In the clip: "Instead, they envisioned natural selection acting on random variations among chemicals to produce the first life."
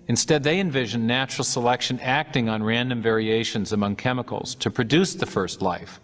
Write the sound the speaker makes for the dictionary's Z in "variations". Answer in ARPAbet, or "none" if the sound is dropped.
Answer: Z